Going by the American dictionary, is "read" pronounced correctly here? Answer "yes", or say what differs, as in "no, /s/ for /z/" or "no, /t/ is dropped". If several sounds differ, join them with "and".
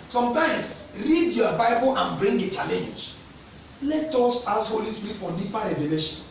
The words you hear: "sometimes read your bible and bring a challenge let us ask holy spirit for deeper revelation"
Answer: yes